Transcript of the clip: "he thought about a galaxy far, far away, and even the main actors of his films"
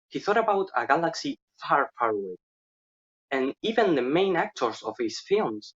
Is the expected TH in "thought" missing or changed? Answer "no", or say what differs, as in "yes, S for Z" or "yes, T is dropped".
no